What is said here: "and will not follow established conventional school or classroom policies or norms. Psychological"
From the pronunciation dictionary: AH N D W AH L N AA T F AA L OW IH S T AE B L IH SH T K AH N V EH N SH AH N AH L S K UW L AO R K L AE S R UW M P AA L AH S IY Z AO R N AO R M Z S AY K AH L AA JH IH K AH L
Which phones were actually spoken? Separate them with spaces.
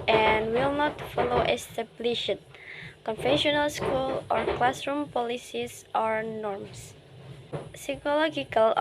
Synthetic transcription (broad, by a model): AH N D W AH L N AA T F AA L OW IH S T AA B L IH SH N K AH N F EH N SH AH N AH L S K UW L AO R K L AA S R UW M P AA L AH S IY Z AO R N AO R M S S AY K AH L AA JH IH K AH L